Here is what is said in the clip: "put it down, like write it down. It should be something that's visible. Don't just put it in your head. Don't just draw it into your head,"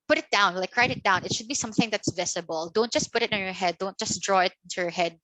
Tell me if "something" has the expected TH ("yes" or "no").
yes